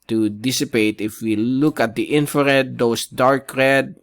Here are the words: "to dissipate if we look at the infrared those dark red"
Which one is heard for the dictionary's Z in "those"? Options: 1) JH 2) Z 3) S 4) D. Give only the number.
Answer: 3